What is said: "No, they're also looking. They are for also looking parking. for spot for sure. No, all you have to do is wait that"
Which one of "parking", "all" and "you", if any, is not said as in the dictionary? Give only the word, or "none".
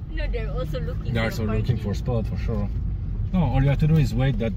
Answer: parking